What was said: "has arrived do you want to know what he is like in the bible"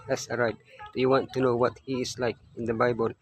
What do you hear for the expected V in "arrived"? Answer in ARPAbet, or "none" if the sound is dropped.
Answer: none